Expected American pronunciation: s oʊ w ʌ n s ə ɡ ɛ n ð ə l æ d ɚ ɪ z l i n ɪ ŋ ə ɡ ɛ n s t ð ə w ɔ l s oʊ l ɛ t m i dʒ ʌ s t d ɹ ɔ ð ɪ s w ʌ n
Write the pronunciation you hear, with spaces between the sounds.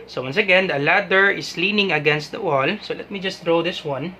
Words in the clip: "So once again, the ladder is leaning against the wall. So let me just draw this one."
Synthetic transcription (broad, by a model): s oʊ w ʌ n s ə ɡ ɛ n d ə l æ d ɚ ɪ s l i n ɪ ŋ ə ɡ ɛ n s t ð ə w ɔ l s oʊ l ɛ t m i dʒ ʌ s t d ɹ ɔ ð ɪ s w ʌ n